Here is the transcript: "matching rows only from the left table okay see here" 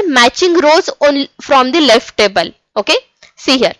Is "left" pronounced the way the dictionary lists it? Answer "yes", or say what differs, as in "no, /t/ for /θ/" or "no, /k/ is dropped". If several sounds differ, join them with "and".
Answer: yes